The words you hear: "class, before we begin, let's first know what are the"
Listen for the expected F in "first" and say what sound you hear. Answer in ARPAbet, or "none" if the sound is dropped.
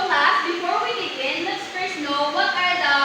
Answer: P